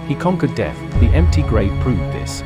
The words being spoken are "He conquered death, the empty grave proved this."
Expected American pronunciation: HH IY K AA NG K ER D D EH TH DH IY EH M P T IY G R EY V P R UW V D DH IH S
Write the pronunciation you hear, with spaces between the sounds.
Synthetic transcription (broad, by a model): HH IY K AA NG K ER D D EH TH DH IY EH M P T IY G R EY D P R UW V DH IH S